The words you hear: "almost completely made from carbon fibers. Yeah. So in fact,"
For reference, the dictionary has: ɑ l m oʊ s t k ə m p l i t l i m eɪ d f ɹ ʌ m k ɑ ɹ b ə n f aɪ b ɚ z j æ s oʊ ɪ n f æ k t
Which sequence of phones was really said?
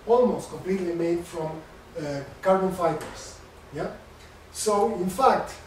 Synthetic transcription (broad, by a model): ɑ l m oʊ s t k ə m p l i t l i m eɪ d f ɹ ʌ m k ɑ ɹ b ə n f aɪ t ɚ s j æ s oʊ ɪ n f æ k t